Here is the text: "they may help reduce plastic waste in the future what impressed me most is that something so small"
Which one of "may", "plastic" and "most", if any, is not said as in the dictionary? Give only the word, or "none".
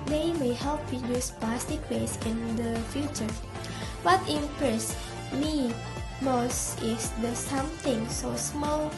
plastic